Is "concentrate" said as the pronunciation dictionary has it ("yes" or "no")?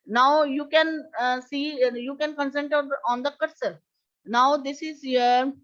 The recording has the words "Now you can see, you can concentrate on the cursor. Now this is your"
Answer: no